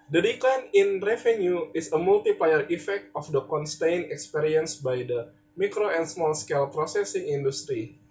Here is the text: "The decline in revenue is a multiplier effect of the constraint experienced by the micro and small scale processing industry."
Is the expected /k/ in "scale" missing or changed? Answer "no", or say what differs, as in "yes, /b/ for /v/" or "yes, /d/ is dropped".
no